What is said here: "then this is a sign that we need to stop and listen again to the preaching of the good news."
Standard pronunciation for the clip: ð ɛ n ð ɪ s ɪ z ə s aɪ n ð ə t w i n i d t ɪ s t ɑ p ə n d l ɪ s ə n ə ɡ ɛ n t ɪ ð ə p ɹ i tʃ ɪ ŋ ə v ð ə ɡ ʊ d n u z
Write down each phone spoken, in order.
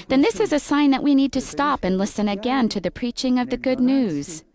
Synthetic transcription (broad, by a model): ð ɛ n ð ɪ s ɪ z ə s aɪ n ð ə t w i n i d t ɪ s t ɑ p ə n l ɪ s ə n ə ɡ ɛ n t ɪ ð ə p ɹ i tʃ ɪ ŋ ə v ð ə ɡ ʊ d n u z